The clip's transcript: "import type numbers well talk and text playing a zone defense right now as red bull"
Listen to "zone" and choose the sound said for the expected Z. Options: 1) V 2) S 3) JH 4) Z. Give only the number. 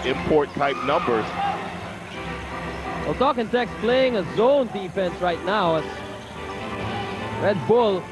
4